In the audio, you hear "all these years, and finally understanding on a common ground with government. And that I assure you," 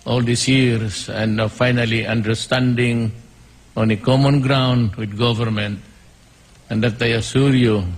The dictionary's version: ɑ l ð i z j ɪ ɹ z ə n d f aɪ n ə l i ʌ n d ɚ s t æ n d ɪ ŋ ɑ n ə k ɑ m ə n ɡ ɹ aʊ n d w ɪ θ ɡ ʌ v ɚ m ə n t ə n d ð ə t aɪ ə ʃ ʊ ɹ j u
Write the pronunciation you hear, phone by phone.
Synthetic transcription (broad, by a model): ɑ l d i s j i ɹ s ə n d f aɪ n ə l i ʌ n d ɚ s t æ n d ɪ ŋ ɑ n ə k ɑ m ə n ɡ ɹ aʊ n d w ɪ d ɡ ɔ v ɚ m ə n t ə n d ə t aɪ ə s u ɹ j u